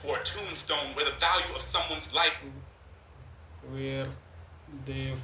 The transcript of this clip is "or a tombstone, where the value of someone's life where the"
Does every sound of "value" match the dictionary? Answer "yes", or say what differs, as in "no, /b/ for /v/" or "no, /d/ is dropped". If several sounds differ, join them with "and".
yes